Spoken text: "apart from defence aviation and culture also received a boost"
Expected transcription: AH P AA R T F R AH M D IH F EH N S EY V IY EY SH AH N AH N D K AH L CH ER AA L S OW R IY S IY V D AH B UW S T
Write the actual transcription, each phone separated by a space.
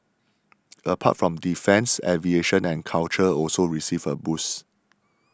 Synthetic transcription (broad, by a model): AH P AA T F R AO M D IH F EH N S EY V IY EY SH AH N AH N K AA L CH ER AA L S OW R IY S IY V AH B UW S